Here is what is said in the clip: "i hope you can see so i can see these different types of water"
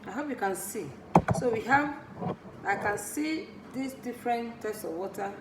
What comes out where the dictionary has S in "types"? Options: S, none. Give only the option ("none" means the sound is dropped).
S